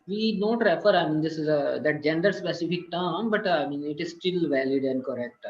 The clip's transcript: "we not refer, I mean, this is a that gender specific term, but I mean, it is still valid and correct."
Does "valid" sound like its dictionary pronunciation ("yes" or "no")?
yes